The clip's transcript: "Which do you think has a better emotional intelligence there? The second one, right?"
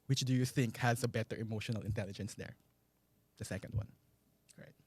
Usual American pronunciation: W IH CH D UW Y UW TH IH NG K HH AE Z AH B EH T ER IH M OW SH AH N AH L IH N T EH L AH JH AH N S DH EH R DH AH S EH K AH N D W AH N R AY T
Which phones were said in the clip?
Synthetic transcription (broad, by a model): W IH CH D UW Y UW TH IH NG K HH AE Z AH B EH T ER IH M OW SH AH N AH L IH N T EH L AH JH AH N S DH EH R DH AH S EH K AH N D W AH N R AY T